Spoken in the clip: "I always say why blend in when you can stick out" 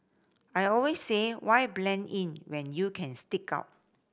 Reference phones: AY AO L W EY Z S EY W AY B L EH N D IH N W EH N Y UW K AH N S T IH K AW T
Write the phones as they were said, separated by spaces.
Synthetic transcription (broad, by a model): AY AO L W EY S EY W AY B L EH N IH N W EH N Y UW K AH N S T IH K AW T